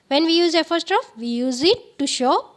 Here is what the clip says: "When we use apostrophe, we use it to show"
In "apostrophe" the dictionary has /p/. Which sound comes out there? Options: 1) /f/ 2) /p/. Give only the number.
1